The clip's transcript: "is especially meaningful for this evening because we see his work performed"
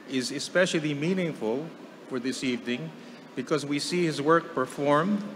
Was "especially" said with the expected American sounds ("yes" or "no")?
yes